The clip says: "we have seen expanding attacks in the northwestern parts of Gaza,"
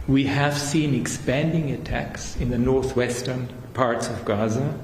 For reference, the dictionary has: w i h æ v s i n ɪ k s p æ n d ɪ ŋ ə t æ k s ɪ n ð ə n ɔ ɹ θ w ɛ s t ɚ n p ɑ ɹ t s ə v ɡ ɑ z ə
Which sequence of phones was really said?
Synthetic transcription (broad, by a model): w i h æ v s i n ɪ k s p æ n d ɪ ŋ ə t æ k s ɪ n ð ə n ɔ ɹ θ w ɛ s t ɚ n p ɑ ɹ t s ə v ɡ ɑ z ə